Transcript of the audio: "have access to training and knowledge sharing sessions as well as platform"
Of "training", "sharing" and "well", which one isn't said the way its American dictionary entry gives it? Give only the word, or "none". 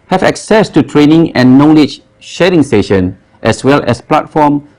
none